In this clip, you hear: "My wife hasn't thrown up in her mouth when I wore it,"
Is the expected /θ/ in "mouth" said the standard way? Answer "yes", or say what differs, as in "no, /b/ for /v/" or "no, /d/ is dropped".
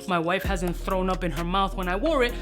yes